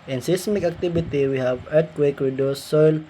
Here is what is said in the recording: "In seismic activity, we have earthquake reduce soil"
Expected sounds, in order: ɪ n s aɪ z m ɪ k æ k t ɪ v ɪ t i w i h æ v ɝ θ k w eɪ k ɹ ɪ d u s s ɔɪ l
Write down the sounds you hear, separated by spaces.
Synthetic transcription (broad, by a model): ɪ n s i s m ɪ k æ k t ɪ b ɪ t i w i h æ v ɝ t k w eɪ k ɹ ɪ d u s s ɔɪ l